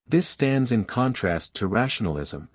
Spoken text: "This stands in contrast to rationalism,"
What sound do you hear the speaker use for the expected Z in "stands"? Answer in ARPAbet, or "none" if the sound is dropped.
Z